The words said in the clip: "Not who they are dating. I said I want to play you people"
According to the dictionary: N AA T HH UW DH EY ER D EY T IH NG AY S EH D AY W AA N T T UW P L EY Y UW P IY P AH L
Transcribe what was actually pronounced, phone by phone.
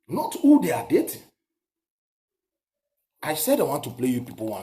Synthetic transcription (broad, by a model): N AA T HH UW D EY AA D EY T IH AY S EH D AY W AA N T T UW P L EY Y UW P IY P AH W